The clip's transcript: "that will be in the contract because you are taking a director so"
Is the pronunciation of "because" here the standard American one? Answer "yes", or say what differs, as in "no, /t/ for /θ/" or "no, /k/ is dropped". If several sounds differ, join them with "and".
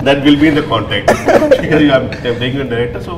no, /k/ is dropped